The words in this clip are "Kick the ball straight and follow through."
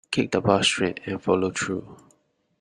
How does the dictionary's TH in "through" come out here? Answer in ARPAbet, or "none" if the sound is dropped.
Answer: T